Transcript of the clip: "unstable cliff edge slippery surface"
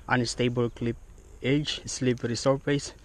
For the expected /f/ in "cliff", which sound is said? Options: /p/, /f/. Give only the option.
/p/